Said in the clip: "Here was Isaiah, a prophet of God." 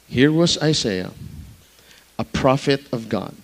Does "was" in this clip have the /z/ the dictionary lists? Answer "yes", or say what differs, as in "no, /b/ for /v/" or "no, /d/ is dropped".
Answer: yes